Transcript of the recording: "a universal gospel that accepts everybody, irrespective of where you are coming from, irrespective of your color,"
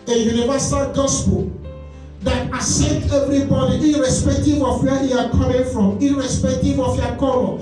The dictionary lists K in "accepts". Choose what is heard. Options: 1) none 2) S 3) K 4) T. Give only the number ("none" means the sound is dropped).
1